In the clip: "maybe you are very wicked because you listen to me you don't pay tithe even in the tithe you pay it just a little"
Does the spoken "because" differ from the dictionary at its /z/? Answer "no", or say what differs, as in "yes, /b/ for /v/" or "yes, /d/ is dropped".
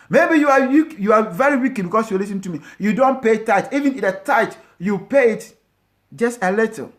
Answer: yes, /s/ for /z/